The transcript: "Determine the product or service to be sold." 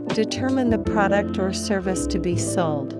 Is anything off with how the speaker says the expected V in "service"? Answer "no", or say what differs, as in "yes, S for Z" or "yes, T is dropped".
no